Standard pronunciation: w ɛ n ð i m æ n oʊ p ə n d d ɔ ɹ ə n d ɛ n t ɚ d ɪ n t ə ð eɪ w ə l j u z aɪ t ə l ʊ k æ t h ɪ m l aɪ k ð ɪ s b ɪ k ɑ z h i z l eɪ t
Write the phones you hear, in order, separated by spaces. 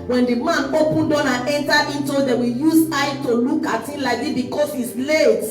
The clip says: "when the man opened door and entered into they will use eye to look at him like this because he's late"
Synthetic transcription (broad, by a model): w ɛ n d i m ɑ n oʊ p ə n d d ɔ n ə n ɛ n t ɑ ɪ n t ə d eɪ w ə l j u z aɪ t ə l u k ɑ t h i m l aɪ k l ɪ b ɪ k ɑ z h i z l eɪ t